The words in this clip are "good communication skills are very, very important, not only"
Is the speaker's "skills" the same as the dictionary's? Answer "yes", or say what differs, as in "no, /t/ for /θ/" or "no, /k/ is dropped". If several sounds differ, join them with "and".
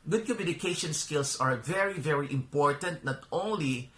no, /s/ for /z/